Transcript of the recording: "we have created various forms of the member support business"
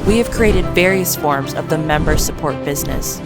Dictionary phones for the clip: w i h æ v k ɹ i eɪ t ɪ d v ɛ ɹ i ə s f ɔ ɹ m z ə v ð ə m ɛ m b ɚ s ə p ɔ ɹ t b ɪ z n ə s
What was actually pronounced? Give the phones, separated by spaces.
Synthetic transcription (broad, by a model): w i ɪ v k ɹ i eɪ t ɪ d v ɛ ɹ i ə s f ɔ ɹ m z ə v ð ə m ɛ m b ɚ s ə p ɔ ɹ t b ɪ z n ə s